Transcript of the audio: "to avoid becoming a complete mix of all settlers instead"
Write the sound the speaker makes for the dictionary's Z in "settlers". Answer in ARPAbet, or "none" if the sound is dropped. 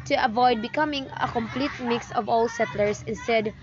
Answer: S